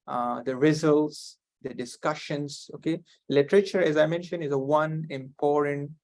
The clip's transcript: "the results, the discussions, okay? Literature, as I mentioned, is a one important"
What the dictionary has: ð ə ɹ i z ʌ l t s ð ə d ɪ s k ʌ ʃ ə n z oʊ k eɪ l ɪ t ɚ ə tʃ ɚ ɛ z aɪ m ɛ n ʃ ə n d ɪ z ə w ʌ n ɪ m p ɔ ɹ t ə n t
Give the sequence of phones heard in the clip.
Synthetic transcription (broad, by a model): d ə ɹ i z ʌ l t s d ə d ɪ s k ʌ ʃ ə n s oʊ k eɪ l ɪ t ɚ ə tʃ ɚ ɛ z aɪ m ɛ n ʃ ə n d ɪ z ə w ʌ n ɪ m p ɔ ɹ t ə n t